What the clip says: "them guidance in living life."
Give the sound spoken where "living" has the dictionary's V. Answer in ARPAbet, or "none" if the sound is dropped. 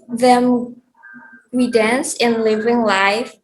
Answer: V